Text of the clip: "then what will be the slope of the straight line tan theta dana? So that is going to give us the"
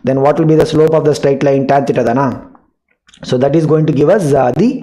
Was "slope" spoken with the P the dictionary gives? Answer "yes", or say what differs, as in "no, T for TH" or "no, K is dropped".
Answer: yes